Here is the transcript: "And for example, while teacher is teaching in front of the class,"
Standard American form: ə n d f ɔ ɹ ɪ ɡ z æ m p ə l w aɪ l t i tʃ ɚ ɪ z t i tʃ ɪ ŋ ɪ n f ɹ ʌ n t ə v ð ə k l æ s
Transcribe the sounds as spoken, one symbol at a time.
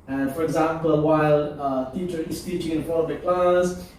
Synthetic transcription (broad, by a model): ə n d f ɔ ɹ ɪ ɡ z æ m p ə l w aɪ l t i tʃ ɚ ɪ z t i tʃ ɪ ŋ ɪ n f ɔ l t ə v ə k l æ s